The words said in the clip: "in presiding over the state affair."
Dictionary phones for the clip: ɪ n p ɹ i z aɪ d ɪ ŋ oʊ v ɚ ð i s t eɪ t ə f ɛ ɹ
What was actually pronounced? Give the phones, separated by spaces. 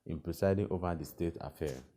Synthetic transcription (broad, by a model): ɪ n p ɹ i s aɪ d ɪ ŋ oʊ v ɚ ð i s t eɪ t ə f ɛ